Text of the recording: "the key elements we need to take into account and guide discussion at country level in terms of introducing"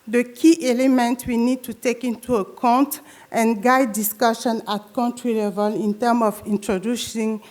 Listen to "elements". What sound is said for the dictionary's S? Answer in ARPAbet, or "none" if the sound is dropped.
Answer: none